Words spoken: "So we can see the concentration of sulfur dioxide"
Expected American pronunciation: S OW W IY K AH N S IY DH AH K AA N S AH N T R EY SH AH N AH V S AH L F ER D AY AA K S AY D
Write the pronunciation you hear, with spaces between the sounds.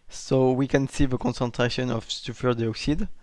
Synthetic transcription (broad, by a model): S OW W IY K AH N S IY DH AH K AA N S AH N T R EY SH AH N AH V S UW F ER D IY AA K S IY D